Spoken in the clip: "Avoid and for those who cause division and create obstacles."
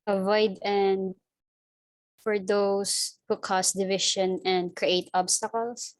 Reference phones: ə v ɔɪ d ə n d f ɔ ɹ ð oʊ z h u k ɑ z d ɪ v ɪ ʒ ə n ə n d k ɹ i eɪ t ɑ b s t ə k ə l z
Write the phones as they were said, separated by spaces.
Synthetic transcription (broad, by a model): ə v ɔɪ d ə n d f ɔ ɹ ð oʊ s h u k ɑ s d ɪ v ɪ ʃ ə n ə n d k ɹ i eɪ t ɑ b s t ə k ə l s